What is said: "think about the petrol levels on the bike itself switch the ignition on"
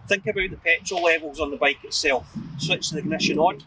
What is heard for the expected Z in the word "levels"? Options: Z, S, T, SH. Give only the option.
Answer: Z